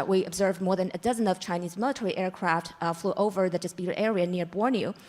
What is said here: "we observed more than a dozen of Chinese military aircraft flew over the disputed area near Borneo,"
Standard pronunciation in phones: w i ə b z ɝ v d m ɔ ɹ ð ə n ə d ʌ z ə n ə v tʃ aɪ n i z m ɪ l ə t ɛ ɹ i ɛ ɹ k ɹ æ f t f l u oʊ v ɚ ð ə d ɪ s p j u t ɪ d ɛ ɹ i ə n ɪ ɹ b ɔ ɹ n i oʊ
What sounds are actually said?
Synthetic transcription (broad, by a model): w i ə b z ɝ v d m ɔ ɹ ð ə n ə d ʌ z ə n ə v tʃ aɪ n i z m ɪ l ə t ɛ ɹ i ɛ ɹ k ɹ æ f t f l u oʊ v ɚ ð ə d ɪ s p j u t ɪ d ɛ ɹ i ə n ɪ ɹ b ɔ ɹ n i